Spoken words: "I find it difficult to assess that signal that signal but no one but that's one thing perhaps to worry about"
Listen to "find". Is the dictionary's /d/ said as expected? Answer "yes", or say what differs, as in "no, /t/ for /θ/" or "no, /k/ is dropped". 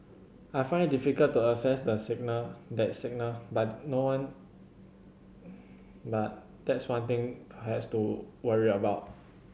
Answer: yes